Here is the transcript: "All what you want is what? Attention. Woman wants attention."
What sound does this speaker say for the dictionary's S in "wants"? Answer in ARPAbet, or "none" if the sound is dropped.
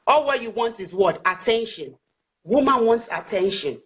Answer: S